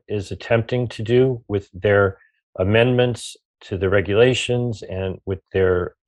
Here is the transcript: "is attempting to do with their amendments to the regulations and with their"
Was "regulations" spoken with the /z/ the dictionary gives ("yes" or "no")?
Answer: yes